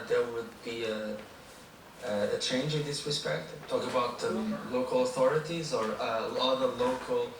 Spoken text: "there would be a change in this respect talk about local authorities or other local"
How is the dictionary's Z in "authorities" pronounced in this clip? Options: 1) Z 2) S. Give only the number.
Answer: 1